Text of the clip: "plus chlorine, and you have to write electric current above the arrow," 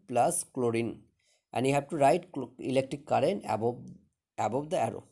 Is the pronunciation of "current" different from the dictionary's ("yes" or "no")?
yes